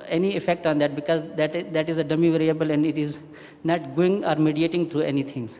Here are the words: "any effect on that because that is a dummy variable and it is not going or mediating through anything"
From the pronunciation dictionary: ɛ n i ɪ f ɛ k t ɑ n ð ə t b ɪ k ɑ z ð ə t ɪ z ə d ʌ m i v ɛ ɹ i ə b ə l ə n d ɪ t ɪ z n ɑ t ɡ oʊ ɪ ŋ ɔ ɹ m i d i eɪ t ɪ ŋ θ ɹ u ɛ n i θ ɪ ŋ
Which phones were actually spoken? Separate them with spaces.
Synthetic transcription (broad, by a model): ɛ n i ɪ f ɛ k t ɑ n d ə t b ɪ k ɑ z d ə t ɪ z ə d ʌ m i v ɛ ɹ i ə b ə l ə n d ɪ t ɪ z n ɑ t ɡ oʊ ɪ ŋ ɔ ɹ m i d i eɪ t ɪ ŋ t ɹ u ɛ n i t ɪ ŋ